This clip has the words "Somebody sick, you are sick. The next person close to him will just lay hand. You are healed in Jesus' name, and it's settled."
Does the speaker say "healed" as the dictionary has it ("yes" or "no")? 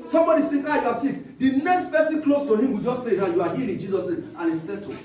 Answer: no